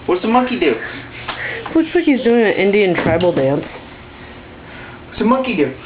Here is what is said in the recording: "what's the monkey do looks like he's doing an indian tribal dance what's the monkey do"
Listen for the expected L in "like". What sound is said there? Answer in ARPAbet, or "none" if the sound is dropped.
W